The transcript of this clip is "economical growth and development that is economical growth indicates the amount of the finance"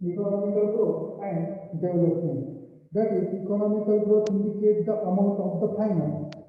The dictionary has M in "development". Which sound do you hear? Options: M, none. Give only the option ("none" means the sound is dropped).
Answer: none